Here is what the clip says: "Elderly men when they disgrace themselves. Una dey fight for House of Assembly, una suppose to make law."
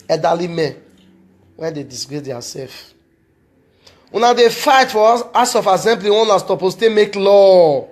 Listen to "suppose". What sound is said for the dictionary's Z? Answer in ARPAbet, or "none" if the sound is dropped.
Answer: S